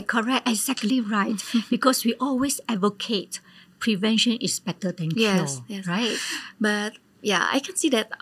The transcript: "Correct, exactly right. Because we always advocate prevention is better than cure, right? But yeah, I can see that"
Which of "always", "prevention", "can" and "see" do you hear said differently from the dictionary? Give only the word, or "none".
always